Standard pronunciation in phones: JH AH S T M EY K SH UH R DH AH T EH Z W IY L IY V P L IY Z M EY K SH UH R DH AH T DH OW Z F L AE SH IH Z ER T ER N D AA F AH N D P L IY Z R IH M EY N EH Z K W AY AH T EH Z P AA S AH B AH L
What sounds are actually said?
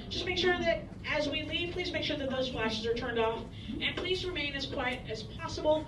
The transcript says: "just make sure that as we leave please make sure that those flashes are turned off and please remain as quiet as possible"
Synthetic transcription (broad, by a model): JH AH S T M EY K SH UH R DH AH T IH Z W IY L IY V P L IY Z M EY K SH UH R DH AH T DH OW Z F L AE SH IH Z ER T ER N D AA F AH N P L IY Z R IH M EY N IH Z K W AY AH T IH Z P AA S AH B L